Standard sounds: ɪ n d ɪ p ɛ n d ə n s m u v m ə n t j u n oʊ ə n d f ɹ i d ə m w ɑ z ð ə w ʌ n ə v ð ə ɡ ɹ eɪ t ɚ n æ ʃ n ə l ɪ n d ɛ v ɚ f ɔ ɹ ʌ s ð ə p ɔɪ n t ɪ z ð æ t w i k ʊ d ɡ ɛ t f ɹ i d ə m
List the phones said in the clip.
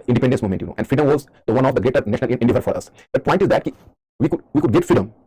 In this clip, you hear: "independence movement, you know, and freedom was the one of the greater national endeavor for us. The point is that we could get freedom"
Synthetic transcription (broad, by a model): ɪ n d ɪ p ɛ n d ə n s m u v m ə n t j u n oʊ ə n d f i d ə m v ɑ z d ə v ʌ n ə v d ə ɡ eɪ t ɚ n æ ʃ n ə l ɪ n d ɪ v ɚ f ɔ ɹ ʌ s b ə p ɔɪ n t ɪ z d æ t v i k ʊ d ɡ ɛ t f ɹ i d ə m